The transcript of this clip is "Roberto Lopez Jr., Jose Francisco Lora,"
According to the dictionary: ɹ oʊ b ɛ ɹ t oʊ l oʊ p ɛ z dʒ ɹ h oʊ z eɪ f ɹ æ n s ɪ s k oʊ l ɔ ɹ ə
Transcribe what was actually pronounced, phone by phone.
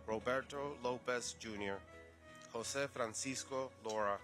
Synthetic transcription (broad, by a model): ɹ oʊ b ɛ ɹ t oʊ l oʊ p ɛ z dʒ ɹ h oʊ s eɪ f ɹ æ n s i s k oʊ l ɔ ɹ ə